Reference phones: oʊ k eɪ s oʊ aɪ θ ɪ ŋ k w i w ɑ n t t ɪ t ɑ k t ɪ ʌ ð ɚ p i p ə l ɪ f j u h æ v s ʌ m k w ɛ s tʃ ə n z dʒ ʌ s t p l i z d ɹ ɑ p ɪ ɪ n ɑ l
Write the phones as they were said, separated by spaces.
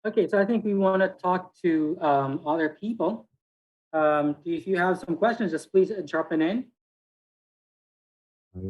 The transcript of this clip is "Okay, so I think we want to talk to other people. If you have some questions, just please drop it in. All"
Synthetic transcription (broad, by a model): oʊ k eɪ s oʊ aɪ θ ɪ ŋ k w i w ɑ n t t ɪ t ɑ k t ɪ ʌ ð ɚ p i p ə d ɪ f j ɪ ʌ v s ʌ m k w ɛ s tʃ ə n z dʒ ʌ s p l i z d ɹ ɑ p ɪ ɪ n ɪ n